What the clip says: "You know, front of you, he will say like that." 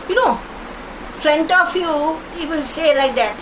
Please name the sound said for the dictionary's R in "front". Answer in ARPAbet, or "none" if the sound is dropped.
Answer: L